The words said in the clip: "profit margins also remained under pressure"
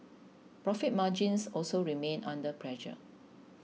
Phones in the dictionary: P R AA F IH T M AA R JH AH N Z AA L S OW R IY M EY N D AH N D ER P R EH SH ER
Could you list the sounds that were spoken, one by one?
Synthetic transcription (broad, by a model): P R AA F IH T M AA JH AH N S AA L S OW R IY M EY N AA N D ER P R EH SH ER